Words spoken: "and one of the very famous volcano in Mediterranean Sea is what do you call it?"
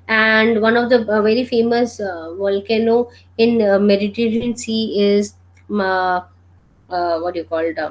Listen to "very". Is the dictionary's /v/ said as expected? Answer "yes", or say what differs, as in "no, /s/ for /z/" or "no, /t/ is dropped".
yes